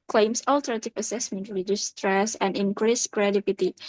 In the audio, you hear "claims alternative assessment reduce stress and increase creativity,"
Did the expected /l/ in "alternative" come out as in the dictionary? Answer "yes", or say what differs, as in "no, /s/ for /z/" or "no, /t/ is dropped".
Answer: yes